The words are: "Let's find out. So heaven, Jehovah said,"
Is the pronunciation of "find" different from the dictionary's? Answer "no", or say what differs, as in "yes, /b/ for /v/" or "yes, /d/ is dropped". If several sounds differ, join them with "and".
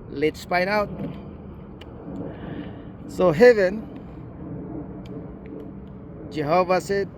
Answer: yes, /p/ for /f/ and /d/ is dropped